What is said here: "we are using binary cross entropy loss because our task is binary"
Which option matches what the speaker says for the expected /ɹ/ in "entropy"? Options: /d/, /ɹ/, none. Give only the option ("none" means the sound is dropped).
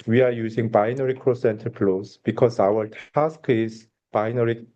none